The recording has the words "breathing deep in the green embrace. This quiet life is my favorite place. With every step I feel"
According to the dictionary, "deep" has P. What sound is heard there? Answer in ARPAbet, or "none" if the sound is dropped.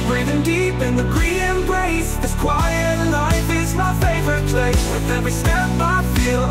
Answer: P